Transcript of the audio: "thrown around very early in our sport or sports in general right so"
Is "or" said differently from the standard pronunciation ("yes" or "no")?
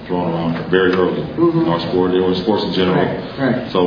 yes